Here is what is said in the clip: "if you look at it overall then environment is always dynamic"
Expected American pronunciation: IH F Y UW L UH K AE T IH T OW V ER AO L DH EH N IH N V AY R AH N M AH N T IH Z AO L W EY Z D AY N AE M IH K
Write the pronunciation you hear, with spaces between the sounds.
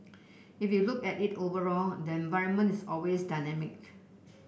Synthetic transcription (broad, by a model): IH F Y UW L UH K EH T IH T OW V ER AO L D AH IH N V AY R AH N M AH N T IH S AO L W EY S D AY N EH M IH K